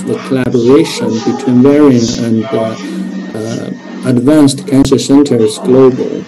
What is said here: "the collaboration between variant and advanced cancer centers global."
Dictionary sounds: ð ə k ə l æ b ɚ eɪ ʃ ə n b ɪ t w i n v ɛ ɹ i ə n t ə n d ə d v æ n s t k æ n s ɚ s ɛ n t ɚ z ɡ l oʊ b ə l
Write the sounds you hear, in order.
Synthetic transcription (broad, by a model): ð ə k ə l æ b ɚ eɪ ʃ ə n b ɪ t w i n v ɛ ɹ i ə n ə n ə d v æ n s t k æ n s ɚ s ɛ n t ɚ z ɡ l oʊ b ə l